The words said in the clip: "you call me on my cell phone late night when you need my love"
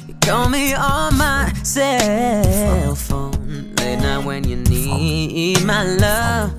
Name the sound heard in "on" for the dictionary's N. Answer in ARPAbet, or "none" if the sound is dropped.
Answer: L